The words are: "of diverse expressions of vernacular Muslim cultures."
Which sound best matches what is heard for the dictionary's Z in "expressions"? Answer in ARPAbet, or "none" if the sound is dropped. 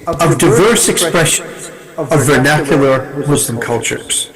none